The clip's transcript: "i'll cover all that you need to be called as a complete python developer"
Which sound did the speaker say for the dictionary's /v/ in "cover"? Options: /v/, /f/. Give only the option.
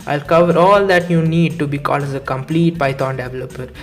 /v/